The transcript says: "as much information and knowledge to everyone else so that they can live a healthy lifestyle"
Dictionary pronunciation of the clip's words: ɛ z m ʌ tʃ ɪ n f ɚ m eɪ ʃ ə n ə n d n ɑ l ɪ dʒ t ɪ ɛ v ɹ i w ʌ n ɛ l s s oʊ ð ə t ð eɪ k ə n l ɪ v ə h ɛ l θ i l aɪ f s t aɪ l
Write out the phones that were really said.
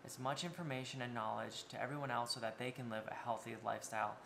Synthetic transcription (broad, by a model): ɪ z m ʌ tʃ ɪ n f ɚ m eɪ ʃ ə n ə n n ɑ l ɪ dʒ t ɪ ɛ v ɹ i w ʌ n ɛ l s s oʊ ð ə t ð eɪ k ə n l ɪ v ə h ɛ l θ i l aɪ f s t aɪ l